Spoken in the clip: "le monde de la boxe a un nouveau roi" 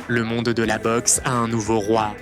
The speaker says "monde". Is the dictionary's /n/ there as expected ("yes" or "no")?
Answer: no